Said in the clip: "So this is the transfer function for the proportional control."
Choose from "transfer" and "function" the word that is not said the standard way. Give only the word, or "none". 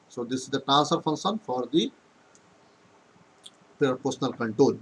transfer